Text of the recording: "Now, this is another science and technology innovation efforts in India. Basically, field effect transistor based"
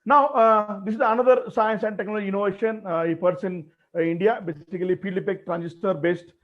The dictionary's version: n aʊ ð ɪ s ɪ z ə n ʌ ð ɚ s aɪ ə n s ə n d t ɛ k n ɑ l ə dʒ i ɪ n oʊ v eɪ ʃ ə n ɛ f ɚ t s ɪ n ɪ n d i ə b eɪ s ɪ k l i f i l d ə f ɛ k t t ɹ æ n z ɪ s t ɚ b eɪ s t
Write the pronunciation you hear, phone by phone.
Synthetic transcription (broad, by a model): n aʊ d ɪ s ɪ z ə n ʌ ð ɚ s aɪ ə n s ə n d t ɛ k n ɑ l ə dʒ i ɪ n oʊ v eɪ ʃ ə n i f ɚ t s ɪ n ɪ n d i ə b eɪ s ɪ k l i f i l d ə p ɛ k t t ɹ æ n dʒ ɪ s t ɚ b eɪ s t